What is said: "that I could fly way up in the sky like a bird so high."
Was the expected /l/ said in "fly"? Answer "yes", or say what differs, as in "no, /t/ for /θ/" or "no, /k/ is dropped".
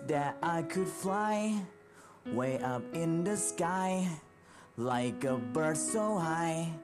yes